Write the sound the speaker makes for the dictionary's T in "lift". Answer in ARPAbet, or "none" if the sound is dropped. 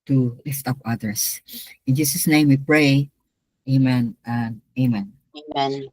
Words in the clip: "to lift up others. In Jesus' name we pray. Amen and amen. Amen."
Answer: T